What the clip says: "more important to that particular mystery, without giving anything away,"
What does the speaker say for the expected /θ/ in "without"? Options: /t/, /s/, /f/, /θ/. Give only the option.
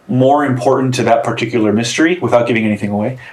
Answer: /θ/